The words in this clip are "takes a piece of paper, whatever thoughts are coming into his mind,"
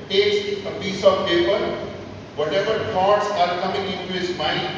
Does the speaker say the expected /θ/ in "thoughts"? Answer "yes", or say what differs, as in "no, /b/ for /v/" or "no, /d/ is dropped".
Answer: no, /t/ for /θ/